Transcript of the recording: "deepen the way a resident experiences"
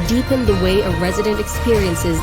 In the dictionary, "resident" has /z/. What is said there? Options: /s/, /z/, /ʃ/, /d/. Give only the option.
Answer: /z/